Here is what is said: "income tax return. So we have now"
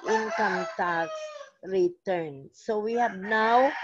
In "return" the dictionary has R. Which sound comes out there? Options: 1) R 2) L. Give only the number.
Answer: 1